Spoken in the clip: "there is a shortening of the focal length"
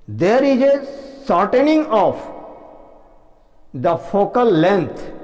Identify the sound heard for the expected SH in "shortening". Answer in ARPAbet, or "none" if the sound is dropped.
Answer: S